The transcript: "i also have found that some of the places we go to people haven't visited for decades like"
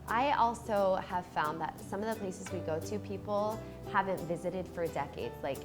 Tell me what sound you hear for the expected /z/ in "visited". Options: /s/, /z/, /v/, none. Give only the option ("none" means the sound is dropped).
/z/